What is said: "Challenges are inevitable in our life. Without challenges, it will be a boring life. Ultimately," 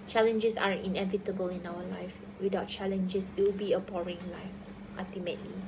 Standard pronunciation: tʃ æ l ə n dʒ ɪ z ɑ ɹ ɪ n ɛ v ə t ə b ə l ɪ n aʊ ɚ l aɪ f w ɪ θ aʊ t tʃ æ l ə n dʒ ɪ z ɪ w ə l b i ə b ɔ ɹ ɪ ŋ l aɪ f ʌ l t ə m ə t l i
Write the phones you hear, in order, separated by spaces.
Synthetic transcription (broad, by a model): tʃ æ l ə n dʒ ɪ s ɑ ɹ ɪ n ɛ v ə t ə b ə l ɪ n aʊ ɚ l aɪ f w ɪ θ aʊ t tʃ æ l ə n dʒ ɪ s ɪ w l b i ə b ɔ ɹ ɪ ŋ l aɪ f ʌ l t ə m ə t l i